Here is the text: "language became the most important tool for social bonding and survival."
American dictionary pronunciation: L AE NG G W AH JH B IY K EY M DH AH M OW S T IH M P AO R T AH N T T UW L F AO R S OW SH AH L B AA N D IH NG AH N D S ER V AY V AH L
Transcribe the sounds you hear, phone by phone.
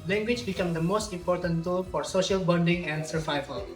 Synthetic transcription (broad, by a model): L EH NG G W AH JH B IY K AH M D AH M OW S T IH M P AO R T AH N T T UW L F AO R S OW SH AH L B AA N D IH NG AH N D S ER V AY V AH L